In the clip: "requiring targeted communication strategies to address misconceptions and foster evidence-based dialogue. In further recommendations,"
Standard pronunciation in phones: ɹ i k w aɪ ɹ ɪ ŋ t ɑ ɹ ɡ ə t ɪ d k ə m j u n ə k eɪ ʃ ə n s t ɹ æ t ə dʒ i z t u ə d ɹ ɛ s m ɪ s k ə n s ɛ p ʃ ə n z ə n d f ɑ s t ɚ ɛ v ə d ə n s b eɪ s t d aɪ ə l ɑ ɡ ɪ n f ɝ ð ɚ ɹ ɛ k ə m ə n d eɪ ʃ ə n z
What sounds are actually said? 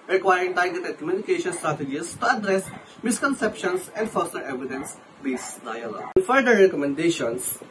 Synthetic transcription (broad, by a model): ɹ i k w aɪ ɹ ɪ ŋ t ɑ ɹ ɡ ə t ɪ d k ə m j u n ə k eɪ ʃ ə n s t ɹ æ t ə dʒ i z t u ə d ɹ ɛ s m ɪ s k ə n s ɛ p ʃ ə n s ə n d f ɑ s t ɚ ɛ v ə d ə n s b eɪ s d aɪ ə l ɑ ɡ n f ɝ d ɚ ɹ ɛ k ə m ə n d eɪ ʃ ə n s